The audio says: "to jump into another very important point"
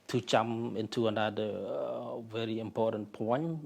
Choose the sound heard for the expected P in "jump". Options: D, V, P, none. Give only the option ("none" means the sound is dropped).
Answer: none